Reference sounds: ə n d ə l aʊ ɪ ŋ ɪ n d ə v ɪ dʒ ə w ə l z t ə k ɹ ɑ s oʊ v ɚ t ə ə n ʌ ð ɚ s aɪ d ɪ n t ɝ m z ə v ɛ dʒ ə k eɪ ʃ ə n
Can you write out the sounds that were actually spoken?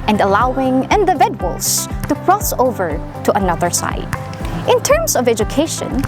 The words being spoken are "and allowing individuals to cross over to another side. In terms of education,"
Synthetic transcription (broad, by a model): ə n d ə l aʊ ɪ ŋ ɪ n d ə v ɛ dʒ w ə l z t ə k ɹ ɑ s oʊ v ɚ t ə ə n ʌ ð ɚ s aɪ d ɪ n t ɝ m s ə v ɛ dʒ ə k eɪ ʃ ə n